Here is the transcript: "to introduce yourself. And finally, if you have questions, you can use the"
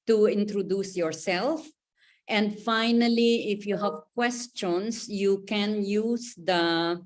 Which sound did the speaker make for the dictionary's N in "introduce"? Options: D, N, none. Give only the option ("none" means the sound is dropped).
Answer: N